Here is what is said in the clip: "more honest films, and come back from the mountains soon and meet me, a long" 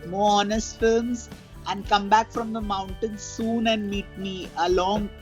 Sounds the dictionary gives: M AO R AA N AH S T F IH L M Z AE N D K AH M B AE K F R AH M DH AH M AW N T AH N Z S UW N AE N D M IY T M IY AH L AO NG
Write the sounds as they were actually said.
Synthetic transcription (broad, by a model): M AO R AA N AH S T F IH M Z AE N D K AH M B AE K F R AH M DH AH M AW N T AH N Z S UW N AE N D M IY T M IY AH L AO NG